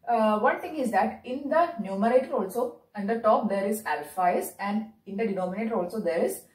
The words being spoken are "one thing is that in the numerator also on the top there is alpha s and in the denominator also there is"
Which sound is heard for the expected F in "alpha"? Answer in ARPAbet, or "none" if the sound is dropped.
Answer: F